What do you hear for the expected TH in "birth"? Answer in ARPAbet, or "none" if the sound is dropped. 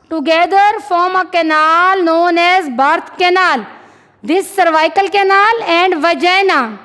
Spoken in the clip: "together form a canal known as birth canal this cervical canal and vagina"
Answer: T